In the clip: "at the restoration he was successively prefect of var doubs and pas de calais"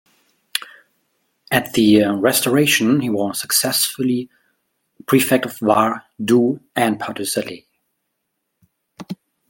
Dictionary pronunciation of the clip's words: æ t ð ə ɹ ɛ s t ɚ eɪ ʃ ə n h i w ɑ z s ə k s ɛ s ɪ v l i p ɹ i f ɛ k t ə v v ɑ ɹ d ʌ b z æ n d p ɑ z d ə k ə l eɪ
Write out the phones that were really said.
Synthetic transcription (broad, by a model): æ t ð ə ɹ ɛ s t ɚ eɪ ʃ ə n h i w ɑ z s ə k s ɛ s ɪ l i p ɹ i f ɛ k t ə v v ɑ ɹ d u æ n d p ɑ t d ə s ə l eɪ